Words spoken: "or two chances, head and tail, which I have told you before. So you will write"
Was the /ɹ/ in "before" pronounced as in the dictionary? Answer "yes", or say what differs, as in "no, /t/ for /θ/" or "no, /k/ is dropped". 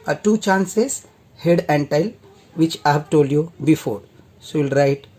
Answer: yes